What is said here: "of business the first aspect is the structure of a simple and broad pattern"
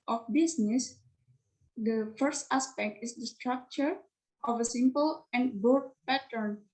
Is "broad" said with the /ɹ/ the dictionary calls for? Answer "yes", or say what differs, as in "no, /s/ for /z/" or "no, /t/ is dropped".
no, /ɹ/ is dropped